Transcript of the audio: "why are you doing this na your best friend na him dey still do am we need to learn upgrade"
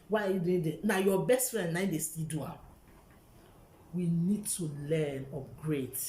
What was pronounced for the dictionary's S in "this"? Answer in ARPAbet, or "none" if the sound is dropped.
none